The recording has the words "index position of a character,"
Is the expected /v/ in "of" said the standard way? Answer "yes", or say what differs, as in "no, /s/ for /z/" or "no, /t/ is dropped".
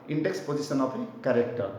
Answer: no, /p/ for /v/